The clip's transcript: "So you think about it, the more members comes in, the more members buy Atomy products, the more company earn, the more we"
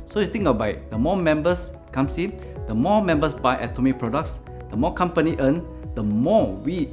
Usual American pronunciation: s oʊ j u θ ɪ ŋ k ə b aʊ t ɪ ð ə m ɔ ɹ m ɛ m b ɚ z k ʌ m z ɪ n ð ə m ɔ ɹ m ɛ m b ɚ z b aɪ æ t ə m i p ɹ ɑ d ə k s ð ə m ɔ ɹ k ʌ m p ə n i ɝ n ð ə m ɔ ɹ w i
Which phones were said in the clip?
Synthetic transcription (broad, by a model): s oʊ j u t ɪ ŋ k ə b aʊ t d ə m ɔ m ɛ m b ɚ s k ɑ m s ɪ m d ə m ɔ m ɛ m b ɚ s b aɪ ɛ t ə m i p ɹ ɑ d ə k s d ə m ɔ k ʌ m p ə n i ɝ n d ə m ɔ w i